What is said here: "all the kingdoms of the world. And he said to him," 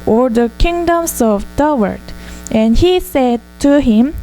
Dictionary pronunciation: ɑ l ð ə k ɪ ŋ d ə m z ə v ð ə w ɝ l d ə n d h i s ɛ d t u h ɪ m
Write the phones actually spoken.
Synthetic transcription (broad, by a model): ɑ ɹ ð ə k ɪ ŋ d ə m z ə v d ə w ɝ d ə n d h i s ɛ d t u h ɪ m